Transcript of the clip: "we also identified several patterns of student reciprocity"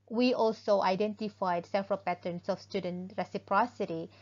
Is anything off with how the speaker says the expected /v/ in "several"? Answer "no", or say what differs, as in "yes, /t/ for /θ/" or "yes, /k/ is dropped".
yes, /f/ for /v/